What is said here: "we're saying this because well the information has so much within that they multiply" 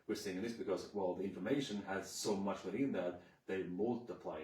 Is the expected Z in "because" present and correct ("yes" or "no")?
yes